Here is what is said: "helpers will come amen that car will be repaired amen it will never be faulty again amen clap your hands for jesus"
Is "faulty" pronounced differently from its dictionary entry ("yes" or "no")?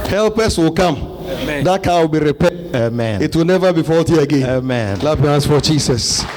no